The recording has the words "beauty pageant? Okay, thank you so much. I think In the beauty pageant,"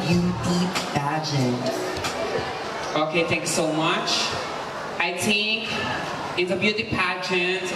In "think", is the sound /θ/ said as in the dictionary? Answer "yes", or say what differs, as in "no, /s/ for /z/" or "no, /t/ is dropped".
no, /t/ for /θ/